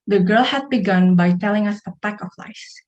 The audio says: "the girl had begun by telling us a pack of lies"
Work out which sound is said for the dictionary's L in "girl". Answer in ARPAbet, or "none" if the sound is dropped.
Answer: L